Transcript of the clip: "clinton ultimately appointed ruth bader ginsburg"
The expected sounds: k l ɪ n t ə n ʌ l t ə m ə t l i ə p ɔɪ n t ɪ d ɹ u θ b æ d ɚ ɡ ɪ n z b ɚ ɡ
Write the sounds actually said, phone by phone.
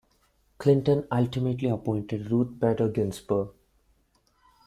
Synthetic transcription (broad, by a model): k l ɪ n t ə n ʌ l t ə m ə t l i ə p ɔɪ n t ɪ d ɹ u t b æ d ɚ ɡ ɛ n s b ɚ